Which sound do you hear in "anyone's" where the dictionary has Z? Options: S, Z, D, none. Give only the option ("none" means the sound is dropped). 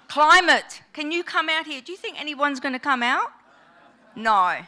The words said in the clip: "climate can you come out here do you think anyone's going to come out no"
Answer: Z